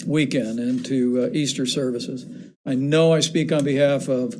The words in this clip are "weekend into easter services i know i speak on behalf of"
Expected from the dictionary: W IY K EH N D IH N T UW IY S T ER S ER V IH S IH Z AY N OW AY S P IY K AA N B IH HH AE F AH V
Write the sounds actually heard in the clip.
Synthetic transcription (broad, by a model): W IY K EH N D IH N T UW IY S T ER S ER V IH S IH Z AY N OW AY S P IY K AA N B IH HH AE F AH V